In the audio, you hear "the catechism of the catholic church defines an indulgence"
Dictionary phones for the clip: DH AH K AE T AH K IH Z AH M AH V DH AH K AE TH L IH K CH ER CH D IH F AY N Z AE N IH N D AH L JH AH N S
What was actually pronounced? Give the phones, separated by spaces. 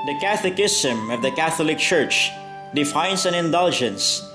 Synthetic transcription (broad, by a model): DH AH K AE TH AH K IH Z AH M AH V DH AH K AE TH L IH K CH ER CH D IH F AY N S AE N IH N D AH L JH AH N S